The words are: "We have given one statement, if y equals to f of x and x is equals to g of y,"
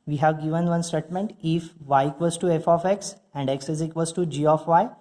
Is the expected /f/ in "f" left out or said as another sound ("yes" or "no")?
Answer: no